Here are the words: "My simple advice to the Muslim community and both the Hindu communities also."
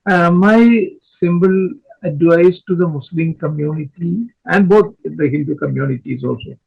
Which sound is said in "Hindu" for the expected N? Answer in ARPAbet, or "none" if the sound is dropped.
L